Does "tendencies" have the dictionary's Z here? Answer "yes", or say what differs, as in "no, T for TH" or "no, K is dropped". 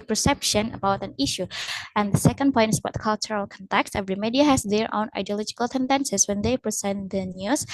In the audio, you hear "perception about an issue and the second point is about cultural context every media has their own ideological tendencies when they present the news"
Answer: no, S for Z